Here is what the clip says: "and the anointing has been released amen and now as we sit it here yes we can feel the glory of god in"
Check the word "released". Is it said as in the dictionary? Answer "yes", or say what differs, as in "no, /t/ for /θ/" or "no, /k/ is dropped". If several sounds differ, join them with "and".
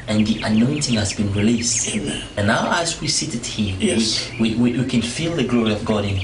yes